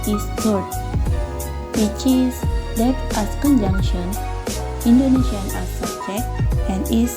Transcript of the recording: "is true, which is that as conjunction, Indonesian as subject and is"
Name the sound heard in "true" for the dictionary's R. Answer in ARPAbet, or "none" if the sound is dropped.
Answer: none